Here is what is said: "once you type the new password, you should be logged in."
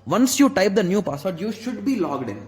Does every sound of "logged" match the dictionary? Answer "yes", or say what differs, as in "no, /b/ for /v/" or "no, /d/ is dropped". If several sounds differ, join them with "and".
yes